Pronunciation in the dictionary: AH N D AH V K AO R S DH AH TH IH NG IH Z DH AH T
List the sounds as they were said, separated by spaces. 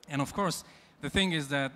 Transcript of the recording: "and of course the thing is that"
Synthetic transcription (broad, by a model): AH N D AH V K AO R S DH AH TH IH NG IH Z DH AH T